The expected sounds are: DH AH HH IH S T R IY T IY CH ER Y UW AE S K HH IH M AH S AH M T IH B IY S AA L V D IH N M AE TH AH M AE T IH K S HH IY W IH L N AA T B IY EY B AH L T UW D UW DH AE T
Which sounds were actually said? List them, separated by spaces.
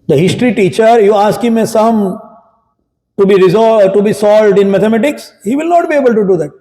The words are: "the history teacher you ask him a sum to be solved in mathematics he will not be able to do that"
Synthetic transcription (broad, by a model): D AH HH IH S T R IY T IY CH ER Y UW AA S K HH IH M AH S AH M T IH B IY S AA L V D IH N M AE T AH M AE T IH K S HH IY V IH L N AA T B IY EY B AH L T UW D UW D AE T